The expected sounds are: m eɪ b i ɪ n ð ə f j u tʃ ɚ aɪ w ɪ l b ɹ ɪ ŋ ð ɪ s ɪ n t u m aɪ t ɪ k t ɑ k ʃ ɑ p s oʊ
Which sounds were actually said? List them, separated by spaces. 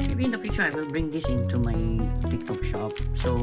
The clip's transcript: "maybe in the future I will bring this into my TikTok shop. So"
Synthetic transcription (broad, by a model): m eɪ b i ɪ n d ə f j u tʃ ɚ aɪ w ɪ l b ɹ ɪ ŋ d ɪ s ɪ n t u m aɪ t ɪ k t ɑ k ʃ ɑ p s oʊ